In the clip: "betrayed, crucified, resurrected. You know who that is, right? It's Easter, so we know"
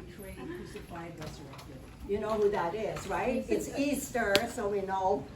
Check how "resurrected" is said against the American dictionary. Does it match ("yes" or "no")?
no